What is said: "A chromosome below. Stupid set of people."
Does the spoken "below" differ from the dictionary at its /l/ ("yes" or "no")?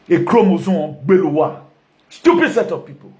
yes